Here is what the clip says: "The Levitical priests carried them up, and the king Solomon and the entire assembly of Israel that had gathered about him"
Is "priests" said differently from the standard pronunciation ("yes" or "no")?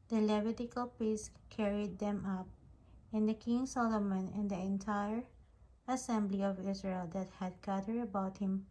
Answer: yes